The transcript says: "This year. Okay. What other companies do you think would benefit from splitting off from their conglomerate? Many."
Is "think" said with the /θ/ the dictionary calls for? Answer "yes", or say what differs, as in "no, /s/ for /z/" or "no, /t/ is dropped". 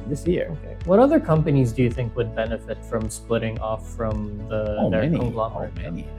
yes